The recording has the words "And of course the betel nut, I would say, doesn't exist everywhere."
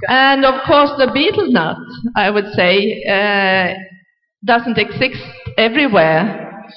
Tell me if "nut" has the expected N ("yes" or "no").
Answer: yes